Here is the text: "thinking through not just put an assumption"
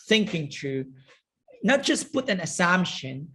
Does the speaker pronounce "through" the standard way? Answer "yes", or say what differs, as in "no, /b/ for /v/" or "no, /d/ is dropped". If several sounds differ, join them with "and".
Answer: no, /t/ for /θ/